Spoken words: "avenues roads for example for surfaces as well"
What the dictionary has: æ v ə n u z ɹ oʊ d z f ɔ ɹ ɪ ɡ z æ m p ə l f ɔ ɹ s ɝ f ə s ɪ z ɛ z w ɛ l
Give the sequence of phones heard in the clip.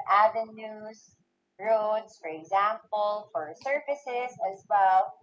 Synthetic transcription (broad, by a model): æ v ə n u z ɹ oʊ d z f ɔ ɹ ɪ ɡ z æ m p ə l f ɔ ɹ s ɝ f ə s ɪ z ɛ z w ɛ l